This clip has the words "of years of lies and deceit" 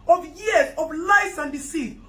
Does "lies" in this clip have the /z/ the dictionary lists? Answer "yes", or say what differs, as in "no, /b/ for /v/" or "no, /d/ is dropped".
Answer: no, /s/ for /z/